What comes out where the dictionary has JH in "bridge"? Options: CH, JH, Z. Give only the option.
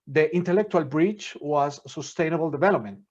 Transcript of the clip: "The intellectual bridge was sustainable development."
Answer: CH